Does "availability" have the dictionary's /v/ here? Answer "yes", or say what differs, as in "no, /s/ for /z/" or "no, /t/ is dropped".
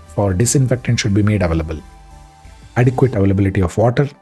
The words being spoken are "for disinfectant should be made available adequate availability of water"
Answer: yes